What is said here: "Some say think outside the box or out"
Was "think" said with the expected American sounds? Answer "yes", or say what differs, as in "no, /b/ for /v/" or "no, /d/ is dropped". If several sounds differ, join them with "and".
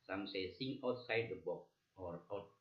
no, /s/ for /θ/ and /k/ is dropped